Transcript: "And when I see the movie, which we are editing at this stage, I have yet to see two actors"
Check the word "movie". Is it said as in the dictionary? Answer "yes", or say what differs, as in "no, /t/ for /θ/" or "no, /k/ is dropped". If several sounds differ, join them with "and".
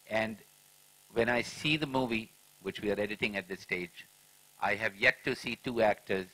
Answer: yes